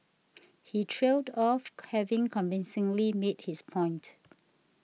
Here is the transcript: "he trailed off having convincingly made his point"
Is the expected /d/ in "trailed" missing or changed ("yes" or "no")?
no